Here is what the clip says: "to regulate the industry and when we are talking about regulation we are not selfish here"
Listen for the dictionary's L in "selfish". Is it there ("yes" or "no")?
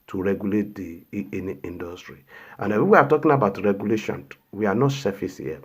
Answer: no